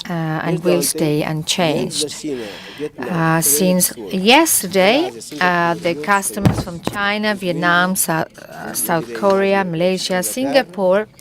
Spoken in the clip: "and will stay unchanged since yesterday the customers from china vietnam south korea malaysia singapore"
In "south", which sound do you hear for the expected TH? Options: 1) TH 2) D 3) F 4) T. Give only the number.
1